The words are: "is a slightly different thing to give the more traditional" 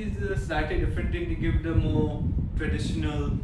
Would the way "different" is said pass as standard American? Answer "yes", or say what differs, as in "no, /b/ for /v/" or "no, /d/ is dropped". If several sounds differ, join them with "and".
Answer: no, /ɹ/ is dropped